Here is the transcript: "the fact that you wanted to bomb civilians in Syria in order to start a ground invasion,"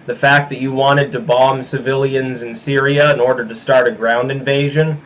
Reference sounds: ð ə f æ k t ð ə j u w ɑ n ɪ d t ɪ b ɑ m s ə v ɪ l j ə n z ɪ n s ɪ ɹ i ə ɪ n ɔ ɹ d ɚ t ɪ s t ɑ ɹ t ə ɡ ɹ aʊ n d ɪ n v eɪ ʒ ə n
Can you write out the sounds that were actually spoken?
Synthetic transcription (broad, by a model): ð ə f æ k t ð ə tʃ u w ɑ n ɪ d t ɪ b ɑ m s ə v ɪ l j ə n z ɪ n s ɪ ɹ i ə ɪ n ɔ ɹ d ɚ t ɪ s t ɑ ɹ t ə ɡ ɹ aʊ n d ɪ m v eɪ ʒ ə n